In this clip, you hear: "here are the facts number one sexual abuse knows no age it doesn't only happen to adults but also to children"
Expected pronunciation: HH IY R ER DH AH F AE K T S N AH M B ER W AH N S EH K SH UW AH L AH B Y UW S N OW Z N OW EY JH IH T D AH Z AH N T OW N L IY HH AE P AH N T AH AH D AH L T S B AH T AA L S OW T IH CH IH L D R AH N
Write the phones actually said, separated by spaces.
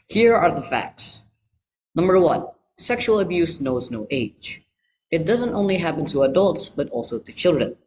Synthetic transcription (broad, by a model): HH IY R ER DH AH F AE K T S N AH M B ER W AH N S EH K SH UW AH L AH B Y UW S N OW Z N OW EY JH IH T D AH Z AH N T OW N L IY HH AE P AH N T AH AH D AH L T S B AH T AA L S OW T IH CH IH L D R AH N